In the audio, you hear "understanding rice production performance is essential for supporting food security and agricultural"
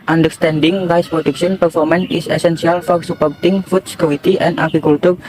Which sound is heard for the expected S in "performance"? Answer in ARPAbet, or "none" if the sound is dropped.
none